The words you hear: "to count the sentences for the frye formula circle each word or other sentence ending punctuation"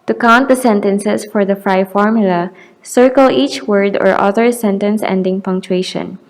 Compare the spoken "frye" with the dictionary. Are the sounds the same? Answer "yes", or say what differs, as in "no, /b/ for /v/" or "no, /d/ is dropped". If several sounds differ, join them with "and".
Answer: yes